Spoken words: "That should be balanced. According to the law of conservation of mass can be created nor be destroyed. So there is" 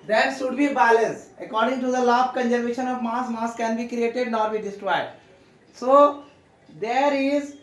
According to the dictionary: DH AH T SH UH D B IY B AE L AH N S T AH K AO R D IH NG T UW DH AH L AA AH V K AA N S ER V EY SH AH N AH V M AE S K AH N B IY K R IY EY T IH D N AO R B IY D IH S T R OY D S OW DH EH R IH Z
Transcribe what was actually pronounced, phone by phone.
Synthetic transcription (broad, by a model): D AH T SH UH D B IY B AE L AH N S AH K AO R D IH NG T UW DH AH L AA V K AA N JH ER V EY SH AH N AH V M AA S K AH N B IY K R IY EY T IH D N AO R B IY D IH S T R OY D S OW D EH R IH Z